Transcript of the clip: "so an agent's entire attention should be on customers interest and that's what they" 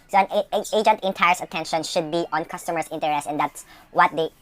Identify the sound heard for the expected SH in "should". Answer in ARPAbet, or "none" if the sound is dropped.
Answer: SH